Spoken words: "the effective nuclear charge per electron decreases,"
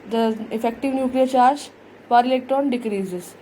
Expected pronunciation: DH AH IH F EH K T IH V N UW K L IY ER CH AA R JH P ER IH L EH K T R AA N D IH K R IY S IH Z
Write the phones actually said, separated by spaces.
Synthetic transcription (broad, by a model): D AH IH F EH K T IH V N UW K L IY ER CH AA R JH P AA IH L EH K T AA N D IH K R IY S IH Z